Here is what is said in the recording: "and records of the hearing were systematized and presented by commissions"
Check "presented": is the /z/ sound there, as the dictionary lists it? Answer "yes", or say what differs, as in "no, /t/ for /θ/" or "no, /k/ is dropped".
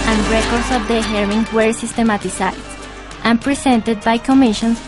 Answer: no, /s/ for /z/